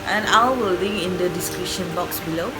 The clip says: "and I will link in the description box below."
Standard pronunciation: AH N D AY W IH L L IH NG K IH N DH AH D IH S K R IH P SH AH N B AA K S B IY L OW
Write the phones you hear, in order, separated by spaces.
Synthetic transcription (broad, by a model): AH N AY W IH L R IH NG IH N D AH D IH S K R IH SH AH N B AA K S B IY L OW